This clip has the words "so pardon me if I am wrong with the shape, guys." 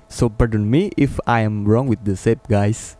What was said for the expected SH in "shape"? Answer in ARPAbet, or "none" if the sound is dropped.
S